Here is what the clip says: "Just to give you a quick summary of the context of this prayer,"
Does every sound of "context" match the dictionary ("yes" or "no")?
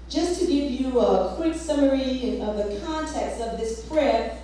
yes